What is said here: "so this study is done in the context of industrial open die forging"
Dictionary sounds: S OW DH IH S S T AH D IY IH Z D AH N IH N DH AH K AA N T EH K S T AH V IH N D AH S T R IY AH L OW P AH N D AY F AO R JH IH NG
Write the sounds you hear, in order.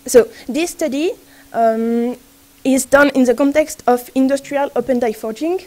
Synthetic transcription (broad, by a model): S OW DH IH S S T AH D IY IH Z D AH N IH N DH AH K AA N T EH K S T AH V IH N D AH S T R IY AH L OW P AH N D AY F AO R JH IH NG